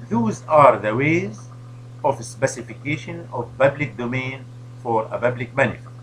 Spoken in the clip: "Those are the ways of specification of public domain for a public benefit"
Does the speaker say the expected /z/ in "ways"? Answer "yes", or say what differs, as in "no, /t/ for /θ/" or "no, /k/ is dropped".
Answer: yes